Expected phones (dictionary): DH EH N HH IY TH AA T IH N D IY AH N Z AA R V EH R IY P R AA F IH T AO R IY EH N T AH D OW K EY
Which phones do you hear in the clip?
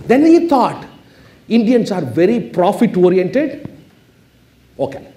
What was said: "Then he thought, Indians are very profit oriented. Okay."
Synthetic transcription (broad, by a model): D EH N HH IY T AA T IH N D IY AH N S AA R V EH R IY P R AA F IH T AO R IY EH N T AH D OW K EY